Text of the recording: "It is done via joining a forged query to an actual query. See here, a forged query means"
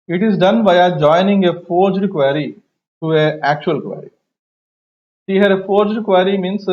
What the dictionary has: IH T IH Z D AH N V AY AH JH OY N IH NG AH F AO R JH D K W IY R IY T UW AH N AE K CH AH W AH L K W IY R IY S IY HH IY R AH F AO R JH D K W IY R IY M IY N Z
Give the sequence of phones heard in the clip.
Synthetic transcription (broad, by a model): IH T IH Z D AH N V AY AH JH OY N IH NG AH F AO R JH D K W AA R IY T UW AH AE K CH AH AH L K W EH R IY SH IY HH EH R AH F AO R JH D K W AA R IY M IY N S